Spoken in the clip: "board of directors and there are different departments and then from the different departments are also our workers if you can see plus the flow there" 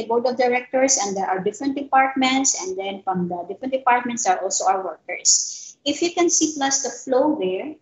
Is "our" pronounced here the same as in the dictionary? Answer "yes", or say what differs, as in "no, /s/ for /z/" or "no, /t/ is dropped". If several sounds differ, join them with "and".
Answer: no, /w/ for /ɹ/